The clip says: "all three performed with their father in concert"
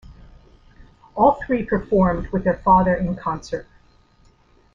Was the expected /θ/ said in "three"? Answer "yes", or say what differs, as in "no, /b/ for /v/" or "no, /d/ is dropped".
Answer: yes